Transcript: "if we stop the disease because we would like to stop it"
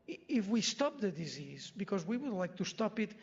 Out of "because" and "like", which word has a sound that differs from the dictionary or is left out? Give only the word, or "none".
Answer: none